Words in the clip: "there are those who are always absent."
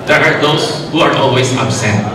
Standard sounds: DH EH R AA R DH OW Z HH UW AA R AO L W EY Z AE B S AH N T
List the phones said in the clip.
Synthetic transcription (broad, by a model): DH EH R AA R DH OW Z HH UW AA R AO L W EY Z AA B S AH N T